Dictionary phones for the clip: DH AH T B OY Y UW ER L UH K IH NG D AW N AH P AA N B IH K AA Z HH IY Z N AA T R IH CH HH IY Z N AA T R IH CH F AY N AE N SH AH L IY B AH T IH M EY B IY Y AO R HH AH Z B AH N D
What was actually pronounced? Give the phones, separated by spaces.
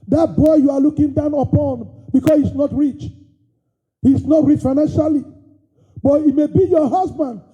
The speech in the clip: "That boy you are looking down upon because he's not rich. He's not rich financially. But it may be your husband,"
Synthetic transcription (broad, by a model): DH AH T B OY Y UW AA L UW K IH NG D AW N AH P AA N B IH K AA S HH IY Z N AA T R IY CH HH IY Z N AA T R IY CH F AY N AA N SH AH L IY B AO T IH M EY B IY Y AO HH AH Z B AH N D